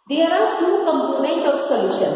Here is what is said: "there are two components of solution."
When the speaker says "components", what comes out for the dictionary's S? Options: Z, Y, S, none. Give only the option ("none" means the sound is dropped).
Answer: none